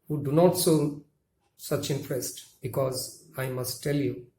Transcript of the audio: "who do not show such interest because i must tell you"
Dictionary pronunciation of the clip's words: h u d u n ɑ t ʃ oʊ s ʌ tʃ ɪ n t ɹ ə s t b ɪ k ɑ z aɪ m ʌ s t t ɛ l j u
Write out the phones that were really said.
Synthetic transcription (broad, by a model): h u d u n ɑ t s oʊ s ʌ tʃ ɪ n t ɹ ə s t b ɪ k ɑ z aɪ m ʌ s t t ɛ l j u